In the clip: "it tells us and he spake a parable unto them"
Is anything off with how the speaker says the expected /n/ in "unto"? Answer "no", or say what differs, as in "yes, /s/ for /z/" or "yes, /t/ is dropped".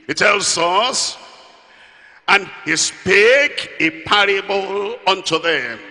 no